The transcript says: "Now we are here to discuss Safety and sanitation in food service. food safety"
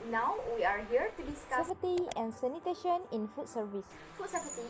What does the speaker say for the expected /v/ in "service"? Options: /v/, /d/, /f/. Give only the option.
/v/